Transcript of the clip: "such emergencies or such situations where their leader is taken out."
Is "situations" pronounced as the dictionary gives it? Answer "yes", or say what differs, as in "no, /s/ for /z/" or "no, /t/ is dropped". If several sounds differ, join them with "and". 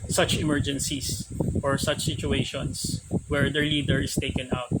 no, /s/ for /z/